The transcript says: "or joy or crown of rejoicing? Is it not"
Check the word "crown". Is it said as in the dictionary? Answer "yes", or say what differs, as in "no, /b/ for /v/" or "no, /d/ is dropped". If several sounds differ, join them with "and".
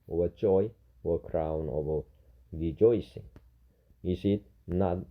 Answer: yes